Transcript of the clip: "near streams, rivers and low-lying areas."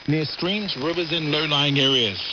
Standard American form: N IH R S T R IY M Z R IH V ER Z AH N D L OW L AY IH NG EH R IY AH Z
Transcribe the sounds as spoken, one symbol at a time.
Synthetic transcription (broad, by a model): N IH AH S T R IY M Z R IH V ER Z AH N L OW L AY IH NG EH R IY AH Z